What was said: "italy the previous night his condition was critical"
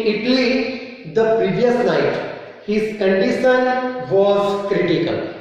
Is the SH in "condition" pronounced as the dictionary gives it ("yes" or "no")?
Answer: no